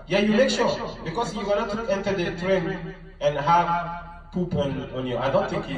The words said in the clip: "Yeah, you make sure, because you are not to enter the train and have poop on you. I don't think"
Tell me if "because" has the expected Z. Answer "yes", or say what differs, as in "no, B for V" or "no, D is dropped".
no, S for Z